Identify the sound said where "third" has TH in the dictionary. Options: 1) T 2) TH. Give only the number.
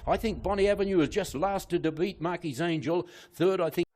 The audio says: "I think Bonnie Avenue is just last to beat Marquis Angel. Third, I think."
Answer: 2